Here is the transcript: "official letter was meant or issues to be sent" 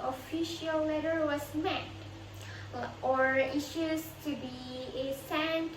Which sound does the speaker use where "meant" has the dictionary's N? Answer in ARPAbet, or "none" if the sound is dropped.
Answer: none